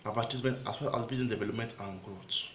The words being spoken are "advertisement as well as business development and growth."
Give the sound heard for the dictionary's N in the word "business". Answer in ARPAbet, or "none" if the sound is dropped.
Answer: none